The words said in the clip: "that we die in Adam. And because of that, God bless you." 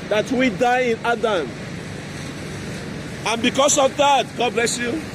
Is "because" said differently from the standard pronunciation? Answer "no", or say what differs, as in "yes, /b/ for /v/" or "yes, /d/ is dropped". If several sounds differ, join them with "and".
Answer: yes, /s/ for /z/